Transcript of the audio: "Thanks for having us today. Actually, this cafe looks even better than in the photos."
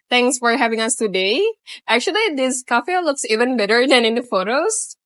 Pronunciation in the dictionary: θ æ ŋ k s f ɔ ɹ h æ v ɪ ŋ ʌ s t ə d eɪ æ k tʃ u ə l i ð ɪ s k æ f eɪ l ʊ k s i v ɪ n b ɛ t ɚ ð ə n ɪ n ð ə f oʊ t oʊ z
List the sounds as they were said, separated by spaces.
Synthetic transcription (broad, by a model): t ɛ ŋ k s f ɔ ɹ h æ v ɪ ŋ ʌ s t ə d eɪ æ k tʃ u ə l i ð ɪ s k æ f eɪ l ʊ k s i v ɪ n b ɛ t ɚ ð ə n ɪ n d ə f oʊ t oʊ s